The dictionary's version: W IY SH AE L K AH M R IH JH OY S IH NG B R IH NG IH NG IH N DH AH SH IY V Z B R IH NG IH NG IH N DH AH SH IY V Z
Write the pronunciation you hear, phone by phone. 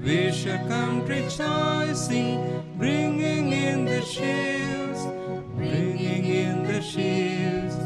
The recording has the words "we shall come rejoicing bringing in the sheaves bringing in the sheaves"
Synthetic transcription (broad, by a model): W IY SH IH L K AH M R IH CH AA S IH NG B R IH NG IH NG IH N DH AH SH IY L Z B R IH NG IH NG IH N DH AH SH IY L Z